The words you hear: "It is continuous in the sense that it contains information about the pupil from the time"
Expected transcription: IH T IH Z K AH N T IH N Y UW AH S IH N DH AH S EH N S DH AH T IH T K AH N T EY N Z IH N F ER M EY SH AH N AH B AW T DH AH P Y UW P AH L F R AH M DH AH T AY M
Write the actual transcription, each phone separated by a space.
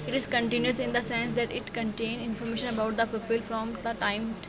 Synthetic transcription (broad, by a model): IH T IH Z K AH N T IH N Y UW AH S IH N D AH S EH N S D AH T IH T K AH N T EY N IH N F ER M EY SH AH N AH B AW T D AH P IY P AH L F R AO M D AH T AY M